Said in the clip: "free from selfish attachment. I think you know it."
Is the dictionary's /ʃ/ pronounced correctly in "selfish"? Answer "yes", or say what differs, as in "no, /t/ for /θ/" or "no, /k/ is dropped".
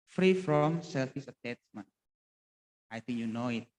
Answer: no, /s/ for /ʃ/